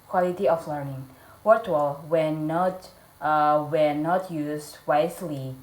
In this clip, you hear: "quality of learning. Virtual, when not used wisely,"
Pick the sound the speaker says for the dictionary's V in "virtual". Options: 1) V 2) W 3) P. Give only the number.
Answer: 2